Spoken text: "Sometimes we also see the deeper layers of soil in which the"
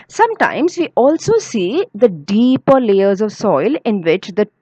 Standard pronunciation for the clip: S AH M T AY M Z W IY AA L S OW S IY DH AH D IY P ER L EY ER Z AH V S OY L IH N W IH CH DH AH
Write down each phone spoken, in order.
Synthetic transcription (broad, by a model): S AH M T AY M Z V IY AA L S OW S IY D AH D IY P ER L EY ER Z AH V S OY L IH N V IH CH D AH